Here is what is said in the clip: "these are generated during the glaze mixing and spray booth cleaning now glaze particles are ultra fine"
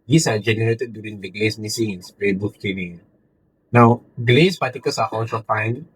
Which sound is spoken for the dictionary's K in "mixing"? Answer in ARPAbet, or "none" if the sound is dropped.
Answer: none